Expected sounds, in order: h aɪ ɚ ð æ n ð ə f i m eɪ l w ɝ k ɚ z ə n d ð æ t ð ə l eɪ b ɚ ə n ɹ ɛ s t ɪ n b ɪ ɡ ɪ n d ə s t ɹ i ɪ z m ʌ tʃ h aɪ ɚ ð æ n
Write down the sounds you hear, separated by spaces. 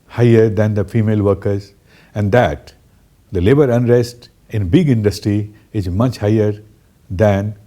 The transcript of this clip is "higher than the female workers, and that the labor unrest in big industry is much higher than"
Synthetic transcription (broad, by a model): h aɪ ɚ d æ n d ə f i m eɪ l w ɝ k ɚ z ə n d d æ t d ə l eɪ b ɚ ə n ɹ ɛ s t ɪ n b ɪ ɡ ɪ n d ə s t ɹ i ɪ z m ʌ tʃ h aɪ ɚ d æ n